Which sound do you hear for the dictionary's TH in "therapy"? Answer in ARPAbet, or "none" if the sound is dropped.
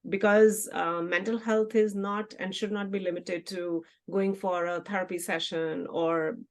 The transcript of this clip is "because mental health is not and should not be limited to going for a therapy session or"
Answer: T